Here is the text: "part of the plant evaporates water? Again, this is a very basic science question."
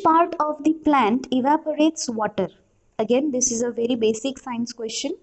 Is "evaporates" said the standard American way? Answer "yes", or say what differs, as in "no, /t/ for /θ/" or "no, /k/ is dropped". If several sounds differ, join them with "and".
yes